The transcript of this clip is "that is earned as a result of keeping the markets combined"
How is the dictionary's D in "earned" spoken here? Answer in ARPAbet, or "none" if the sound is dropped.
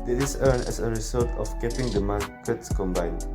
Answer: none